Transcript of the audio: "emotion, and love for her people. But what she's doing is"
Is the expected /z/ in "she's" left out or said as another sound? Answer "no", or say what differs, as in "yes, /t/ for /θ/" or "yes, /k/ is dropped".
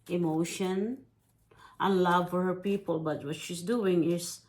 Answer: yes, /s/ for /z/